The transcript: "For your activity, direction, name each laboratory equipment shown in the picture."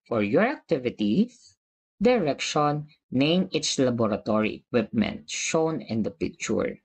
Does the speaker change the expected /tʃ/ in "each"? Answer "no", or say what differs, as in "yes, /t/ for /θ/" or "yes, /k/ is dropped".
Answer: yes, /s/ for /tʃ/